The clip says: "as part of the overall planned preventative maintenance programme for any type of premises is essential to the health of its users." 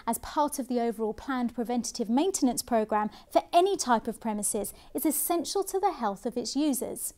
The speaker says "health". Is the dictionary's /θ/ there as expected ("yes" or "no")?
yes